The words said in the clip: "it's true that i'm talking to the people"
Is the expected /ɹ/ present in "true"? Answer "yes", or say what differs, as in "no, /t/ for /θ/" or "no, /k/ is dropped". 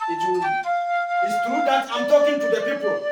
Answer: no, /ɹ/ is dropped